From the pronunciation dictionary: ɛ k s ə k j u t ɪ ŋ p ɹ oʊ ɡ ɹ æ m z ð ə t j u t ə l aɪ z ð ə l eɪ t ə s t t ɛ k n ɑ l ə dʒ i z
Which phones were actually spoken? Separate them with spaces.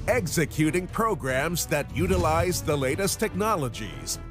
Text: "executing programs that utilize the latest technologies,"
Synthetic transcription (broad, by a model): ɛ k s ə k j u t ɪ ŋ p ɹ oʊ ɡ ɹ æ m z ð ə t j u t ə l aɪ z ð ə l eɪ t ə s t t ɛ k n ɑ l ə dʒ i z